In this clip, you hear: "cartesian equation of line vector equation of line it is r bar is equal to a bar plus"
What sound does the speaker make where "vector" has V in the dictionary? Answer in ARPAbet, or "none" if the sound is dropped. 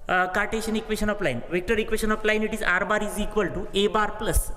V